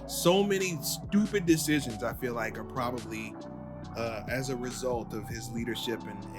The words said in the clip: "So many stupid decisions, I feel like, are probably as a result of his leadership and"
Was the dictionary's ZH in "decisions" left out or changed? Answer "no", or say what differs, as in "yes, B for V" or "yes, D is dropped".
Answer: no